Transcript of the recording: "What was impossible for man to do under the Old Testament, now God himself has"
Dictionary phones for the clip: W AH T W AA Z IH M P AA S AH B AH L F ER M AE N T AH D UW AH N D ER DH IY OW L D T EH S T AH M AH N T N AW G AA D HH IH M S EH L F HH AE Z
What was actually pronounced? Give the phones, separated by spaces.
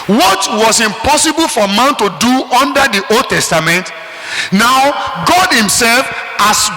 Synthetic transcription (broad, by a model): W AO T W AA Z IH M P AA S AH B AH L F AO M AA N T AH D UW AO N D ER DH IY OW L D T EH S T AH M AH N T N AW G AA D HH IH M S EH L F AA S